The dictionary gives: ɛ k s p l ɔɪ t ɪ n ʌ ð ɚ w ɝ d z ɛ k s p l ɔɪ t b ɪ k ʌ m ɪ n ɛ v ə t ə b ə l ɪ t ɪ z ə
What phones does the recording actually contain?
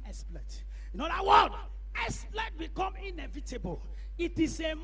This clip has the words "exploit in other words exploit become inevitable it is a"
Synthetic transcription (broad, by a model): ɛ s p l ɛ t ɪ n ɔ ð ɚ w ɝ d ɛ s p l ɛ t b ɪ k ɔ m ɪ n ɛ v ə t ə b ə l ɪ t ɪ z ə